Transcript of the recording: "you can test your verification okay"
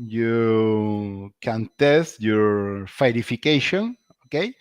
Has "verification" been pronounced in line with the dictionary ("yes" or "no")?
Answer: no